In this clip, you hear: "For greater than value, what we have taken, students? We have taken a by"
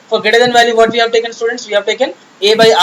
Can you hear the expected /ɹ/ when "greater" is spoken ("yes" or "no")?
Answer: no